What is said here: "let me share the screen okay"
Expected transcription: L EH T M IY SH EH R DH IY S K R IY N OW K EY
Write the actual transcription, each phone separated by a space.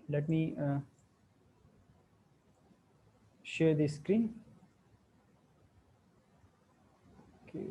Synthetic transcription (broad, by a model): L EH T M IY SH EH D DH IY S K R IY N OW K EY